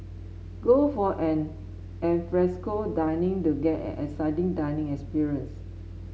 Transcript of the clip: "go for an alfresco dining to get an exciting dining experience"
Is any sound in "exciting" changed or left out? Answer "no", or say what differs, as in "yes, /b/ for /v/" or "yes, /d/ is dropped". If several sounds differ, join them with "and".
yes, /k/ is dropped